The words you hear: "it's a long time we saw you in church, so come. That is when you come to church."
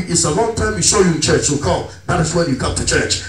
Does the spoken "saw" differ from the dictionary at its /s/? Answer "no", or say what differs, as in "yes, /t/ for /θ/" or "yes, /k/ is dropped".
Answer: yes, /ʃ/ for /s/